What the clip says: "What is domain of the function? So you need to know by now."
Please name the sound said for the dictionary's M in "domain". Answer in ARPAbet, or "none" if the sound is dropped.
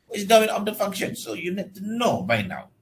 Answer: none